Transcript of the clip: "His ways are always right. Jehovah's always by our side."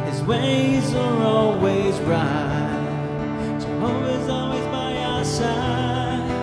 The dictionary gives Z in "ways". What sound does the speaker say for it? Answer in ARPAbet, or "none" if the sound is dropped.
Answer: Z